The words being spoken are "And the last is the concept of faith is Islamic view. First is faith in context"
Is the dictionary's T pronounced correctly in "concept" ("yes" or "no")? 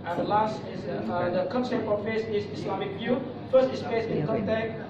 no